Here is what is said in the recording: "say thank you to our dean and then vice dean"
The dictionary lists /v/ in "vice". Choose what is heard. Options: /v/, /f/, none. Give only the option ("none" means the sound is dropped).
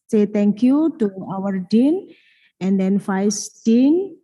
/f/